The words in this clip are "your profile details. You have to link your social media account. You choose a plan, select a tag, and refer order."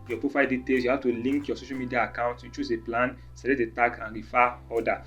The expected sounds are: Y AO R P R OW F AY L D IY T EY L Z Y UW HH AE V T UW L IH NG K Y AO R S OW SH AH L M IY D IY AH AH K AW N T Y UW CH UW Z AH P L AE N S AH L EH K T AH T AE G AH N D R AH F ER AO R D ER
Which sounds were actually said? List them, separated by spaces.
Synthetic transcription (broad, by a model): Y AO P R OW F AY L D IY T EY L S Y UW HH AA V T UW L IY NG K Y AO S OW SH AH L M IY D IY AH AH K AW N T Y UW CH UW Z AH P L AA N S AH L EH T AH T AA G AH N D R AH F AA AO D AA